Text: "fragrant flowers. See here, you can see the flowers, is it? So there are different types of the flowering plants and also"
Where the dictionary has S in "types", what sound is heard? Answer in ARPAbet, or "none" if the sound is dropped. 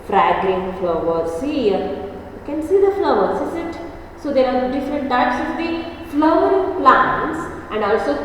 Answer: S